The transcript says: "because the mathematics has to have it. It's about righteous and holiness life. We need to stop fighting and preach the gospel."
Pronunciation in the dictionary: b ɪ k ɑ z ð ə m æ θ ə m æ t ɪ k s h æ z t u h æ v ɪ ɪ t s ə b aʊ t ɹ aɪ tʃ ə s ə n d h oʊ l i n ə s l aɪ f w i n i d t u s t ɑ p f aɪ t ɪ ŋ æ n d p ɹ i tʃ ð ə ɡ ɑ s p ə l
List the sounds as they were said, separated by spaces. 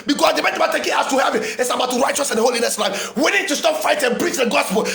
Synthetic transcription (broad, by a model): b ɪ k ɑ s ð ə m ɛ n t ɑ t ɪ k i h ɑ s t u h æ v ɪ ɪ t s ə b aʊ t ɹ aɪ tʃ ə s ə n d h oʊ l i n ə s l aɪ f w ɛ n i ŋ t u s t ɑ p f aɪ t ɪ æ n p ɹ i tʃ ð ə ɡ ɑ s p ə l